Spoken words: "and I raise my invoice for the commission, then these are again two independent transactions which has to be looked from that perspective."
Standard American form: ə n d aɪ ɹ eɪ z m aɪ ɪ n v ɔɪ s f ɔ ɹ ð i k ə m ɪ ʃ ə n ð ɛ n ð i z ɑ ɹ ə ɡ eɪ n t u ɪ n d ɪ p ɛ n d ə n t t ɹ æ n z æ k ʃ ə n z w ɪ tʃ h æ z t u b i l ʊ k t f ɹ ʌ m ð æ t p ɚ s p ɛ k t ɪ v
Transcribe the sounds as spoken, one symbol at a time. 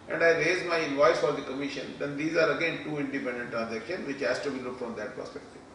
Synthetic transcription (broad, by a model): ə n d aɪ ɹ eɪ z m aɪ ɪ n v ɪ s f ɔ ɹ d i k ə m ɪ ʃ ə n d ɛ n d i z ɑ ɹ ə ɡ eɪ n t u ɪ n d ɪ p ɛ n d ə n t t ɹ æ n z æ k ʃ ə n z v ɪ tʃ h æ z t u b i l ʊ t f ɹ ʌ m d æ t p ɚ s p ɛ k t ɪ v